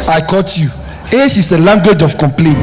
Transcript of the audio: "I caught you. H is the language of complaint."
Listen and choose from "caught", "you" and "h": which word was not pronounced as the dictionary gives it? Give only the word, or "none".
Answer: h